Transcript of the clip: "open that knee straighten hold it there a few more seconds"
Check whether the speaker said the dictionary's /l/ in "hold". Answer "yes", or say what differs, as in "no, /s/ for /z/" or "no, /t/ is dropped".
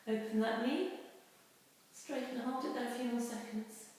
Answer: no, /l/ is dropped